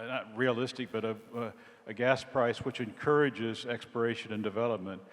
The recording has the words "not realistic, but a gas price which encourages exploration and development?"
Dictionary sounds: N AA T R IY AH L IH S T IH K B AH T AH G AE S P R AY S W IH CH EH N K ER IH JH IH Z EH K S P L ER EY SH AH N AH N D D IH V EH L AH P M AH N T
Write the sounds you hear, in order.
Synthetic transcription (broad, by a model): N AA T R IY AH L IH S T IH K B AH T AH G AE S P R AY S W IH CH EH N K ER IH JH IH Z EH K S P ER EY SH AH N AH N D D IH V EH L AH P M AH N T